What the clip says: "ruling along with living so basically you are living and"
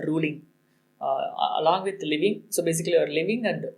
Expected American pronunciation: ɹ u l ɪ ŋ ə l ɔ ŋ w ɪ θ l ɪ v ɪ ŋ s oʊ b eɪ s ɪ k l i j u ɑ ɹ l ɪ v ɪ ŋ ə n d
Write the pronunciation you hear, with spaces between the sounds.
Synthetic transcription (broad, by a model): ɹ u l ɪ ŋ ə l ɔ ŋ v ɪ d l ɪ v ɪ ŋ s oʊ b eɪ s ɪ k i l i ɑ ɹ l ɪ v ɪ ŋ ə n d